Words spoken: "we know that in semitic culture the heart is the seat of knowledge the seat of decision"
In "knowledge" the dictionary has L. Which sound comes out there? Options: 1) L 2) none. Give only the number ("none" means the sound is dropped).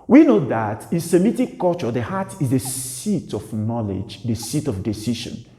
1